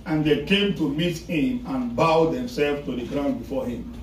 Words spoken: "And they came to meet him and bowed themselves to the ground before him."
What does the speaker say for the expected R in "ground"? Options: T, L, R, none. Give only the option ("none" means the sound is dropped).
R